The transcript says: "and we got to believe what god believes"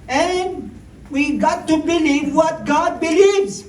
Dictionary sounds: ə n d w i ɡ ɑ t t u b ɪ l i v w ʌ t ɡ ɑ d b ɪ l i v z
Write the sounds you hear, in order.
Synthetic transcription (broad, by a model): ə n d w i ɡ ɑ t t u b ɪ l i v w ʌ t ɡ ɑ d b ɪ l i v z